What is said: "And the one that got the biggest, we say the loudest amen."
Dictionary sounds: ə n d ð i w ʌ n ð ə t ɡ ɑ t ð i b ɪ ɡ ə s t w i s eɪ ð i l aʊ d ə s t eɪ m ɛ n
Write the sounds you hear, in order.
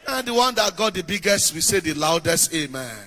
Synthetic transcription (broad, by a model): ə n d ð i w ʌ n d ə t ɡ ɑ t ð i b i ɡ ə s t w i s eɪ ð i l aʊ d ə s t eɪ m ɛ n